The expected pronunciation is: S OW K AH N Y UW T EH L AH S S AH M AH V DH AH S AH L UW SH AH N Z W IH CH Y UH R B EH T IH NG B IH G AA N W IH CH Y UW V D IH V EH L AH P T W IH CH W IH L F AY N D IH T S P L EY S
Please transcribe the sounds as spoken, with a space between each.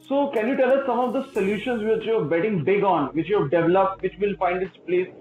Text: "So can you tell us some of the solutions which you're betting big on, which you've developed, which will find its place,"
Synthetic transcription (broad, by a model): S OW K AH N Y UW T EH L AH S S AH M AH V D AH S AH L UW SH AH N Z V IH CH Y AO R B EH T IH NG B IH G AA N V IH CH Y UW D D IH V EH L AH P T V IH CH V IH L F AY N D IH T S P L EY S